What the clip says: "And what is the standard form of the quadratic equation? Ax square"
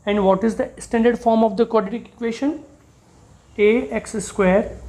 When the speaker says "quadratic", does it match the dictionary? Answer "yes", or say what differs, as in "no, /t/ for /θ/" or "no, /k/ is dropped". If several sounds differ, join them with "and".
no, /ɹ/ is dropped